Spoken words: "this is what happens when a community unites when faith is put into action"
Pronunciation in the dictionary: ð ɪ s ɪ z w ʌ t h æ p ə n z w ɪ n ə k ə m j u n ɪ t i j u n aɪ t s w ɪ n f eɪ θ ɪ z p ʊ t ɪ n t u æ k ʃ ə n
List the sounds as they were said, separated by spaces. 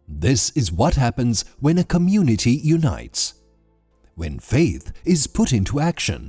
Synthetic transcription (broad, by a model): ð ɪ s ɪ z w ʌ t h æ p ə n z w ɪ n ə k ə m j u n ɪ t i j u n aɪ t s w ɪ n f eɪ θ ɪ z p ʊ t ɪ n t u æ k ʃ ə n